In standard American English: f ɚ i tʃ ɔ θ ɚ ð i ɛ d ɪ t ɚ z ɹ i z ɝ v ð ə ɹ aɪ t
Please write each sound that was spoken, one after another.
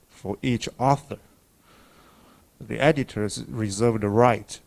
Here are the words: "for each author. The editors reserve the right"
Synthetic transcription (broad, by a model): f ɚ i tʃ ɔ θ ɚ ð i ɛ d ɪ t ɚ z ɹ i z ɝ v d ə ɹ aɪ t